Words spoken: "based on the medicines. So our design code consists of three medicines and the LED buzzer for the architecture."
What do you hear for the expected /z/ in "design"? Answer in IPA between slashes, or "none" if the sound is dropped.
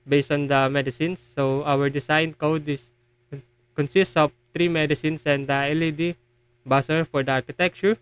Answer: /s/